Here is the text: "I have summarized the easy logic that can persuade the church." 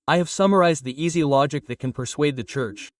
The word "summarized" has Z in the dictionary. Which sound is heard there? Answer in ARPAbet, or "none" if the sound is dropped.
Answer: Z